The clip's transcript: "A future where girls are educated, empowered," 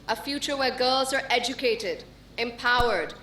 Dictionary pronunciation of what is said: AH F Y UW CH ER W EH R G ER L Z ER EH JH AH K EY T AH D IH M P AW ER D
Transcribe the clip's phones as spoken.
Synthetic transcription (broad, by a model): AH F Y UW CH ER W EH R G ER L Z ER EH JH AH K EY T AH D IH M P AW ER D